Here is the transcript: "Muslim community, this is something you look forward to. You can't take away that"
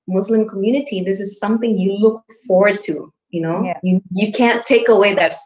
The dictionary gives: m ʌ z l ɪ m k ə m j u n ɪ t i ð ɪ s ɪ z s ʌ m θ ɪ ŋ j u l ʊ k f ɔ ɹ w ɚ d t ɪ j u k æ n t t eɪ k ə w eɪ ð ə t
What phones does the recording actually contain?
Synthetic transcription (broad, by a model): m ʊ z l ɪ m k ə m j u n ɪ t i ð ɪ s ɪ z s ʌ m θ ɪ ŋ j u l ʊ k f ɔ ɹ w ɚ d t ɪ j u k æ n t t eɪ k ə w eɪ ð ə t